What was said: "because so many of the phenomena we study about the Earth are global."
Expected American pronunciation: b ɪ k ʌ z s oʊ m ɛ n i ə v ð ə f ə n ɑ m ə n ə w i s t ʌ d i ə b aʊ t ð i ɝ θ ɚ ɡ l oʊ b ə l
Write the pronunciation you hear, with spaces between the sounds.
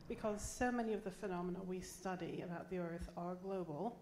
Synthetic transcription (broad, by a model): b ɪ k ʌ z s oʊ m ɛ n i ə v ð ə f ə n ɑ m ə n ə w i s t ʌ d i ə b aʊ t ð i ɝ θ ɚ ɡ l oʊ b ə l